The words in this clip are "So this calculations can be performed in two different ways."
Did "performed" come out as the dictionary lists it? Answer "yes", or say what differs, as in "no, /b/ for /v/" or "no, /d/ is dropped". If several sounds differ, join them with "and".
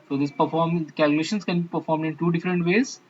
yes